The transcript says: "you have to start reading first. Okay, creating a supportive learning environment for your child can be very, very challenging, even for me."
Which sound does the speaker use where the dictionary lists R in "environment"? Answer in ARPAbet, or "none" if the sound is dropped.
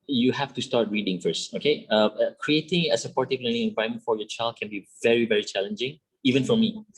none